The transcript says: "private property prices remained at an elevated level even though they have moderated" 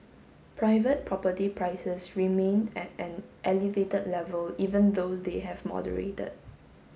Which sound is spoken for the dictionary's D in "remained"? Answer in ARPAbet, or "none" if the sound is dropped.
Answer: none